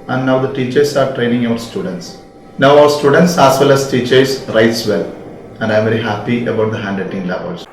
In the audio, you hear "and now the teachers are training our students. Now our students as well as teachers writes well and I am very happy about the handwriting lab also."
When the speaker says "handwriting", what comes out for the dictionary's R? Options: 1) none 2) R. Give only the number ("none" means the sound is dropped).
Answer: 1